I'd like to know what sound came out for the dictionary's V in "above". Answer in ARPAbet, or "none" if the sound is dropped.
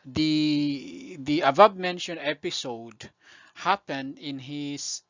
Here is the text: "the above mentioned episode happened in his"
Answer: B